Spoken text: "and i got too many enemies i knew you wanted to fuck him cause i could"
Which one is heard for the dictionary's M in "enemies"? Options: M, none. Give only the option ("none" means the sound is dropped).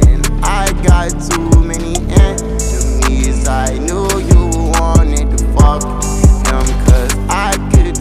none